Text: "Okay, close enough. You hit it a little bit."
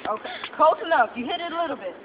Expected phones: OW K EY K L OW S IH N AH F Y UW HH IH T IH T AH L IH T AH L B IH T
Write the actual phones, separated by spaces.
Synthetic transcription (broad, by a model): OW K EY K OW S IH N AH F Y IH HH IH T IH T AH L IH T L B IH T